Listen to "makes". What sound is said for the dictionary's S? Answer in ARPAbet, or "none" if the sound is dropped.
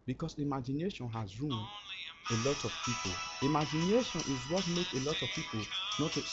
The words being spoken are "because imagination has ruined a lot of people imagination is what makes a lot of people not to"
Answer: none